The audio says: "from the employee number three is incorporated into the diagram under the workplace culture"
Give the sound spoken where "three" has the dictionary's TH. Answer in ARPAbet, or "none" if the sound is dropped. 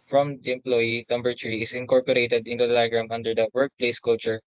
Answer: T